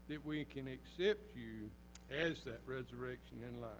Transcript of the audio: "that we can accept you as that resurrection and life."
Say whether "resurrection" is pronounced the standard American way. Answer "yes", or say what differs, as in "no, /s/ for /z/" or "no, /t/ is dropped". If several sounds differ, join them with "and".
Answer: yes